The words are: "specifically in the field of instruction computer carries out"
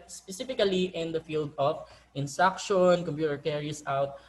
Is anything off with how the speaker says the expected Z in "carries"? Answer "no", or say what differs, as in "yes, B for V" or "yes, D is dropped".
yes, S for Z